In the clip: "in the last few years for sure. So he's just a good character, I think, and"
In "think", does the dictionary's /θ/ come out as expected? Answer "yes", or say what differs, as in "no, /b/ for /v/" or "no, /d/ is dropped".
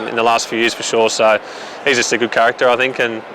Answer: yes